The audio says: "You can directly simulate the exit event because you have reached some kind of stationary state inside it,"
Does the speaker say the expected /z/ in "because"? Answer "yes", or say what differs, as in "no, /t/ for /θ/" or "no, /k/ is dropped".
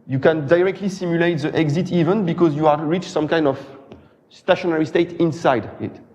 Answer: yes